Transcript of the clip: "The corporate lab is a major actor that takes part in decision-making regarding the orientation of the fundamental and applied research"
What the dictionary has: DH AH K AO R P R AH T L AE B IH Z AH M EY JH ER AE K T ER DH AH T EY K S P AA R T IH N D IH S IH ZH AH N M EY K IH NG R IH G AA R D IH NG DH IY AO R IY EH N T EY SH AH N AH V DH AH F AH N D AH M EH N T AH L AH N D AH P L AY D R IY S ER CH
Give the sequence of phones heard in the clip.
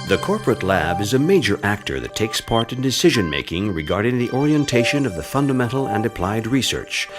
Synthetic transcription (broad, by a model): DH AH K AO R P R AH T L AE B IH Z AH M EY JH ER AE K T ER DH AH T EY K S P AA R T IH N D IH S IH ZH AH N M EY K IH NG R IH G AA R D IH NG DH IY AO R IY EH N T EY SH AH N AH V DH AH F AH N D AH M EH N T L AH N D AH P L AY D R IY S ER CH